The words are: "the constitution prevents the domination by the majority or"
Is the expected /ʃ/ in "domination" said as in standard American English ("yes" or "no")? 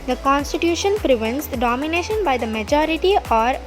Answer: yes